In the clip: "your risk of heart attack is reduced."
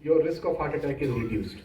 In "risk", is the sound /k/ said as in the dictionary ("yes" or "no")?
yes